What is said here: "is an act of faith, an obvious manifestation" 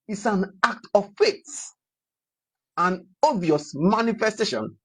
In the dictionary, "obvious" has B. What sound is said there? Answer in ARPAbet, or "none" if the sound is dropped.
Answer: none